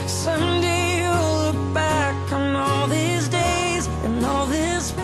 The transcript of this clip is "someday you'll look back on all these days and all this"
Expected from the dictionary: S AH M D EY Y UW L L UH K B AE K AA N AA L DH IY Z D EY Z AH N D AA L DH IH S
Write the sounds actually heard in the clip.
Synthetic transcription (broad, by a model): S AH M D EY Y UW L L UH K B AE K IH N AA L DH IY Z D EY Z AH N AA L DH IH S